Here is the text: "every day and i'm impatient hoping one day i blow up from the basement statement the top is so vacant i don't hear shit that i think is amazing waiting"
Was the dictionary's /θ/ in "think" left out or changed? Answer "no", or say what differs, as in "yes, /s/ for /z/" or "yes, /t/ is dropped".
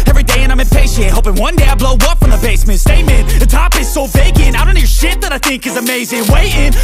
no